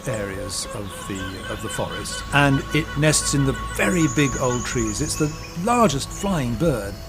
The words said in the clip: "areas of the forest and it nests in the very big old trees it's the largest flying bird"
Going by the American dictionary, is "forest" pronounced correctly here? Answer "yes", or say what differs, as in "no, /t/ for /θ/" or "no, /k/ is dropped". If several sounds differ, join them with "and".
yes